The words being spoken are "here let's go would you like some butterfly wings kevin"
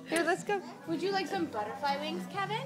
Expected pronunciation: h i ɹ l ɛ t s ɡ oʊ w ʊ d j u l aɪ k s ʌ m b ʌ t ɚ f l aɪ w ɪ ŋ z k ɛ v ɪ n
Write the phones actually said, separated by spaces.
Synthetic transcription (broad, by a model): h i ɹ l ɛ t s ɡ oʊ w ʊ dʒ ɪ l aɪ k s ʌ m b ʌ t ɚ f l aɪ w ɪ ŋ z k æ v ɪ n